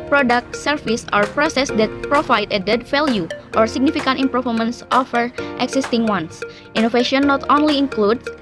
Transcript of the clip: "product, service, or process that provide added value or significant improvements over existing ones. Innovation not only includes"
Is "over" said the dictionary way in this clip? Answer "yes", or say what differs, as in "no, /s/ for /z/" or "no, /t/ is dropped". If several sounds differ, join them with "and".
no, /f/ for /v/